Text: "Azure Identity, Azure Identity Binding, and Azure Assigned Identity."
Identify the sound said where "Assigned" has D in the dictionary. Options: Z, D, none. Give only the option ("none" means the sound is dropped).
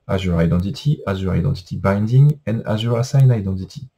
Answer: none